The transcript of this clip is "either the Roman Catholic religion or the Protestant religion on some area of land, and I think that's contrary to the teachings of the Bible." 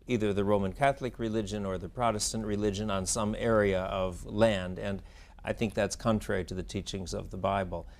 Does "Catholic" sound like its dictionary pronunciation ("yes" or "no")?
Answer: yes